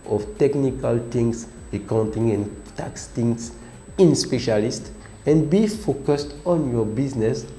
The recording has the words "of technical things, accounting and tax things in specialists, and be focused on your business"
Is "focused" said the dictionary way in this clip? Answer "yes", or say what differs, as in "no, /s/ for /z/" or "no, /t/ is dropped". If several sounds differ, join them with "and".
yes